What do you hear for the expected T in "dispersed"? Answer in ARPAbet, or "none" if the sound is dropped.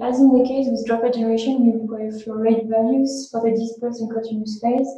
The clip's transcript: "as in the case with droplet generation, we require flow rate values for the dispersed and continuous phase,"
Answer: none